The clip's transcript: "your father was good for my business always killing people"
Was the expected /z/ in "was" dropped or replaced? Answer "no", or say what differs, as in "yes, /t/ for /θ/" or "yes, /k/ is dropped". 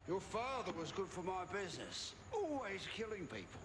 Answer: no